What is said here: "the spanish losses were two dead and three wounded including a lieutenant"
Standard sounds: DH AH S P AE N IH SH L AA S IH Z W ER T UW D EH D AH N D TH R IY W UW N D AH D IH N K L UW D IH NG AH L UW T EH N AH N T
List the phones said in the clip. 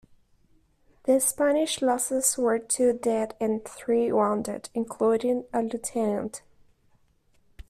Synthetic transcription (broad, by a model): DH AH S P AE N IH SH L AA S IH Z W ER T UW D EH D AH N TH R IY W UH N D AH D IH N K L UW D IH NG AH L UW T EH N AH N T